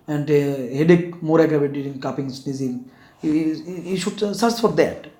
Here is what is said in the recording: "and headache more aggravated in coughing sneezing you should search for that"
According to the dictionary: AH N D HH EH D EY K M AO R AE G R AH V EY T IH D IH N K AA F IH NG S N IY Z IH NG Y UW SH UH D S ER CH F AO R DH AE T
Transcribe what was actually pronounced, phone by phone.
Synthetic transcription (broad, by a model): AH N D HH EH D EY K M AO R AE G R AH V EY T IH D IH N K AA P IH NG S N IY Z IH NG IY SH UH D S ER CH F AO R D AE T